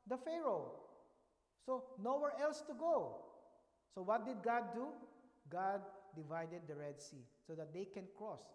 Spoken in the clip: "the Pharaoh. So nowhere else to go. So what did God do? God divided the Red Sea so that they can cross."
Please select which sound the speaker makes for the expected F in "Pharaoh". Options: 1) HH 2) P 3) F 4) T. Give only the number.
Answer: 3